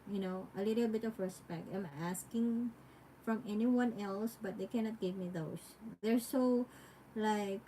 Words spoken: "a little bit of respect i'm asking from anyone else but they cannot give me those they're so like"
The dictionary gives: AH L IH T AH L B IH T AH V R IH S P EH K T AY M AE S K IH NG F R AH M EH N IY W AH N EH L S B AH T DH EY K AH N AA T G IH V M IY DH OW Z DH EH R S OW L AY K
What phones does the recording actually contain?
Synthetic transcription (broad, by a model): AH L IH T AH L B IH T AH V R IH S P EH K T AY M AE S K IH NG F R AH M EH N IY W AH N EH L S B AH T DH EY K AH N AA T G IH V M IY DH OW S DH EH R S OW L AY K